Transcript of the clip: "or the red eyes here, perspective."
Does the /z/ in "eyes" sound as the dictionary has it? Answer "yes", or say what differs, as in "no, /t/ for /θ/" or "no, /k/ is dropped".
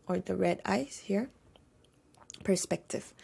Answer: no, /s/ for /z/